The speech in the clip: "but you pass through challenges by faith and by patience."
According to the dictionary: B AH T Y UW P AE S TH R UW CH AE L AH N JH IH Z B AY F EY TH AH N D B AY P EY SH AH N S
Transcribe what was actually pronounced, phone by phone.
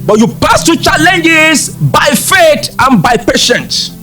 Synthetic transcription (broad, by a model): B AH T Y UW P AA S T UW CH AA L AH N JH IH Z B AY F EY T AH N B AY P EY SH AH N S